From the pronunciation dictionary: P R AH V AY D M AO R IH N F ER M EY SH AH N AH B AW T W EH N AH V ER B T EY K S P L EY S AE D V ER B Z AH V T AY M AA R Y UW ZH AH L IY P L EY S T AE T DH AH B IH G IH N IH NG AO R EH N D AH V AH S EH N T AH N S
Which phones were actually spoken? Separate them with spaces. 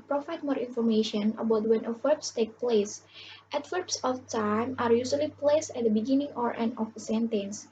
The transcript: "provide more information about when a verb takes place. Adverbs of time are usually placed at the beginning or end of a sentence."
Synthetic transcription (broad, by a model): P R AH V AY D M AO R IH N F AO M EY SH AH N AH B AW T W EH N AH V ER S T EY K P L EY S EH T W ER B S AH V T AY M AA R Y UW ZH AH L IY P L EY S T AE T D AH B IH G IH N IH NG AO R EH N AH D AH S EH N T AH N S